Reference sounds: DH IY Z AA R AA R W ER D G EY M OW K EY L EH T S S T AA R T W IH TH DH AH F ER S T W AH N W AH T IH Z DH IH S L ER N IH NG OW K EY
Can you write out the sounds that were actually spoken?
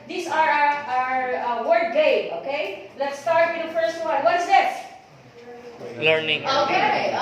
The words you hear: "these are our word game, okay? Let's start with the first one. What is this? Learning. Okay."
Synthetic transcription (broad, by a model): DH IY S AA R AA R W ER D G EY OW K EY L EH T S S T AA R T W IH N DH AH F ER S T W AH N W AH T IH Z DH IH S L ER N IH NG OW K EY